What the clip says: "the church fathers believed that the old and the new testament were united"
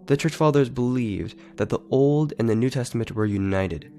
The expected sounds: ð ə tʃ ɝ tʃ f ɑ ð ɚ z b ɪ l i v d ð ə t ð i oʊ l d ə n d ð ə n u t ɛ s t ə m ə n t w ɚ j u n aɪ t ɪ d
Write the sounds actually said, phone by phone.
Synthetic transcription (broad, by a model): ð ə tʃ ɝ tʃ f ɑ ð ɚ z b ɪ l i v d ð ə t ð i oʊ l d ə n ð ə n u t ɛ s t ə m ə n t w ɚ j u n aɪ t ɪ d